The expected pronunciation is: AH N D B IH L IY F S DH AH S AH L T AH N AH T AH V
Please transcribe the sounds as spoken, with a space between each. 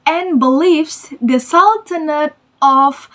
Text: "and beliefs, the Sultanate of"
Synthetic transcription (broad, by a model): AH N B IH L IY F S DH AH S AH L T AH N AH T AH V